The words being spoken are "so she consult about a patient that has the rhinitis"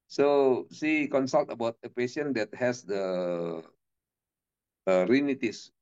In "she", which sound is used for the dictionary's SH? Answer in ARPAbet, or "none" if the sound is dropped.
S